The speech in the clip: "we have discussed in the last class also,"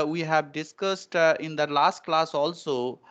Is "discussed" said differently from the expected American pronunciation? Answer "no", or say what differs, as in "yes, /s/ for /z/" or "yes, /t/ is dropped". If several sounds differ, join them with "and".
no